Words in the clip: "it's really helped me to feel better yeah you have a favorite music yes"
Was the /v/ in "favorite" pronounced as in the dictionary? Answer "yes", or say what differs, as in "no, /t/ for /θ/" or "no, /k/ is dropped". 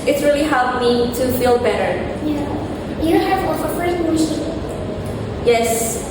no, /f/ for /v/